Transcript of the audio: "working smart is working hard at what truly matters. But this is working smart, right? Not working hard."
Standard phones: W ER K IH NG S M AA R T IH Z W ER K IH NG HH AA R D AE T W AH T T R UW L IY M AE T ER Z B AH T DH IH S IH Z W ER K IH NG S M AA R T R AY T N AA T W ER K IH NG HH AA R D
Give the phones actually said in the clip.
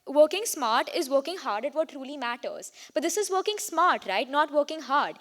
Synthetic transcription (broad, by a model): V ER K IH NG S M AA R T IH Z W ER K IH NG HH AA R D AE T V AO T T R UW L IY M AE T ER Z B AH T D IH S IH Z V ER K IH NG S M AA R T R AY T N AA T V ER K IH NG HH AA R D